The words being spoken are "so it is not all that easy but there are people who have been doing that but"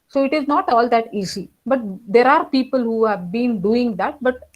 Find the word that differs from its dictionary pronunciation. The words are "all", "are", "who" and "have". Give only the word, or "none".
none